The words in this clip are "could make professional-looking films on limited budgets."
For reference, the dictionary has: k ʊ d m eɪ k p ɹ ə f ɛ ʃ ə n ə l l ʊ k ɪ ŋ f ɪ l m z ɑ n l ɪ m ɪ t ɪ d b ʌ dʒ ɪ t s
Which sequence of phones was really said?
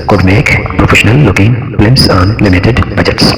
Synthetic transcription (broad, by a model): k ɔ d m eɪ k p ɹ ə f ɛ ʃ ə n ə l l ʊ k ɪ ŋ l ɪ m s ɑ n l ɪ m ɪ t ɪ d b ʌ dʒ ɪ t s